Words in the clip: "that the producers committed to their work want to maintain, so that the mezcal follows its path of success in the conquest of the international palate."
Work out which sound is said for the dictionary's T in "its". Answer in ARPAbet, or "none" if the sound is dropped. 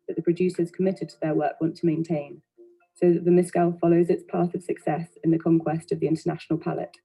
T